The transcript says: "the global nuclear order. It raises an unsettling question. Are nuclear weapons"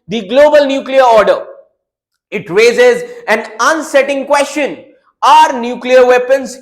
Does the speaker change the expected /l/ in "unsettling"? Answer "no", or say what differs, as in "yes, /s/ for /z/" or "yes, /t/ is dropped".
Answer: yes, /l/ is dropped